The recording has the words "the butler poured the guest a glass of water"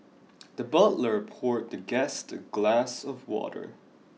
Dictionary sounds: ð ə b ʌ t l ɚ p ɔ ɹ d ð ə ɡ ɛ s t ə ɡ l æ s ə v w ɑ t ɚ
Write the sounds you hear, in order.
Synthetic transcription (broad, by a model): ð ə b ʌ t l ɚ p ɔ ɹ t ð ə ɡ ɛ s t ə ɡ l æ s ə v w ɑ t ɚ